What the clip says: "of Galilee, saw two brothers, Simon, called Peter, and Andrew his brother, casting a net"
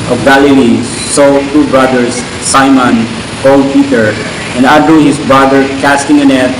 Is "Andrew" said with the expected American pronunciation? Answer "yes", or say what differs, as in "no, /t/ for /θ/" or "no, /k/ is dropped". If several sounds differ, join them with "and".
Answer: no, /n/ is dropped